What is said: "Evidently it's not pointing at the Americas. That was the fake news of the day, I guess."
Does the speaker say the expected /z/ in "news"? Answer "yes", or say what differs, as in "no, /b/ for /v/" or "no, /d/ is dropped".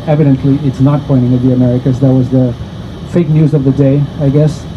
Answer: yes